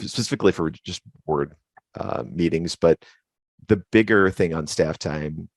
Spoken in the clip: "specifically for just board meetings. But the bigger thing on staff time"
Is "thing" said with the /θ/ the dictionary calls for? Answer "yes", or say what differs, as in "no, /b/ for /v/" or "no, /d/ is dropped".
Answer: yes